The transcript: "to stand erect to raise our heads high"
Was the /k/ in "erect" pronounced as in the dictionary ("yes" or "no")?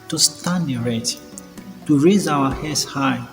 no